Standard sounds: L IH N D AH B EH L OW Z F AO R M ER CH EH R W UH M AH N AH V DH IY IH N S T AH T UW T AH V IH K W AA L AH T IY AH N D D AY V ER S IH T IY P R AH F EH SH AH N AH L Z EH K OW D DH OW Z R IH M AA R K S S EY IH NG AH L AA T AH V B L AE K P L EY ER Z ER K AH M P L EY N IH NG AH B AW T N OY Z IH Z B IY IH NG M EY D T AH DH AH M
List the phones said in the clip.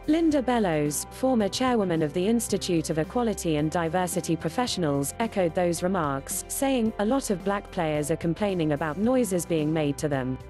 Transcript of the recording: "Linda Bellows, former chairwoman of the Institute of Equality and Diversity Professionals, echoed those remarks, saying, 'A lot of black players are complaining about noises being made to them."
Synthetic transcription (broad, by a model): L IH N D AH B EH L OW Z F AO M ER CH EH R W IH M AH N AH V DH IY IH N S T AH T UW T AH V IH K W AA L AH T IY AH N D D AY V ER S IH T IY P R AH F EH SH AH N AH L Z EH K OW D DH OW Z R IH M AA K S S EY IH NG AH L AA T AH V B L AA K P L EY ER Z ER K AH M P L EY N IH NG AH B AW T N OY Z IH Z B IY IH NG M EY D T AH DH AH M